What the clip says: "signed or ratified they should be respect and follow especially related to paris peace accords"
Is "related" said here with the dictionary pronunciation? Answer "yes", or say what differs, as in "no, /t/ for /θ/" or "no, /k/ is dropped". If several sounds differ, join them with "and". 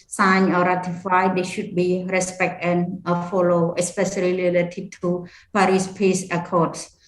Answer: no, /l/ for /ɹ/